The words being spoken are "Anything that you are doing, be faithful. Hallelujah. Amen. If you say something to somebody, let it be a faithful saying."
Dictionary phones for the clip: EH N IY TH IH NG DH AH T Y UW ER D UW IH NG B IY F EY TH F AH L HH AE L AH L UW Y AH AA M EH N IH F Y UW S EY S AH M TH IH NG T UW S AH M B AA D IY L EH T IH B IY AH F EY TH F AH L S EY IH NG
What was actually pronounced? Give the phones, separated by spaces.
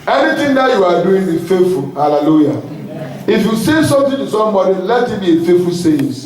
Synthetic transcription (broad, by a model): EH N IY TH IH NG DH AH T Y UW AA D UW IH NG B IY F EY T F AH L HH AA L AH L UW Y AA IH F Y UW S EY S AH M T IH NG T UW S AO M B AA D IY L EH T IH B IY AH F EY T F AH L S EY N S